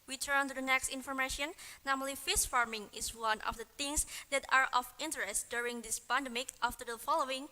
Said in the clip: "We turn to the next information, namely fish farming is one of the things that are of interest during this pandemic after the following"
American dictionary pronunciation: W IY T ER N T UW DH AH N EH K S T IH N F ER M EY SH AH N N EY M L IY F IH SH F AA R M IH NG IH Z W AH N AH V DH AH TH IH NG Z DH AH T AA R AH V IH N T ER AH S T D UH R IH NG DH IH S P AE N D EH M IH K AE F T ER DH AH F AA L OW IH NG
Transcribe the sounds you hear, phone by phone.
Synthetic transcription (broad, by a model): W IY T ER N T UW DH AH N EH K S T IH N F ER M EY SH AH N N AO M L IY F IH S F AA R M IH NG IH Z W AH N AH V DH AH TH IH NG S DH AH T AA R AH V IH N T ER AH S T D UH R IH NG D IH S P AE N D EH M IH K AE F T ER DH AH F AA L OW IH NG